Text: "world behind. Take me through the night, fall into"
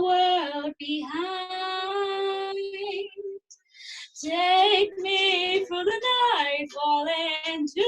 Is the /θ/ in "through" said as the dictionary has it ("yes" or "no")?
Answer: no